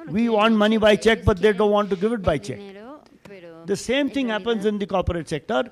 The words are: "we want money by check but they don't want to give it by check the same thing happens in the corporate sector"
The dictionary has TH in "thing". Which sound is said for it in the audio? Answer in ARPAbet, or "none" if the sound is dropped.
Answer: T